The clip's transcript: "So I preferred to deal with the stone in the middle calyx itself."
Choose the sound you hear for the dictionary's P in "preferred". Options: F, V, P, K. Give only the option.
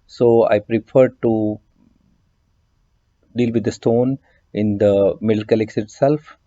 P